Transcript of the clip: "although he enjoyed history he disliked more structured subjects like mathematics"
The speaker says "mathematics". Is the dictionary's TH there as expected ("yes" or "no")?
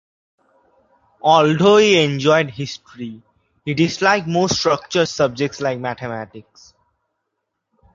no